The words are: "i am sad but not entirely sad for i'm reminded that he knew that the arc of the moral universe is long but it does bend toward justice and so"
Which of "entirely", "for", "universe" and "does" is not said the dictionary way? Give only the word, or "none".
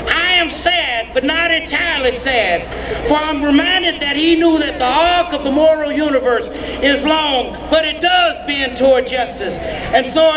none